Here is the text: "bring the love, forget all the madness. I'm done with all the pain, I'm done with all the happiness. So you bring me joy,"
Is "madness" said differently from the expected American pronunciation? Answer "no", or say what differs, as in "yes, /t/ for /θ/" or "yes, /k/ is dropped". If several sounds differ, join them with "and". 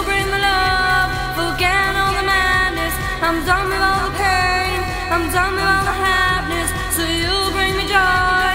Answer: no